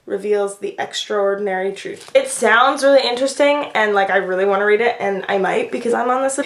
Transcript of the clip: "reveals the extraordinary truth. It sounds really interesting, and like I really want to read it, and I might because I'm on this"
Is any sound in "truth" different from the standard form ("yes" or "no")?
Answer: no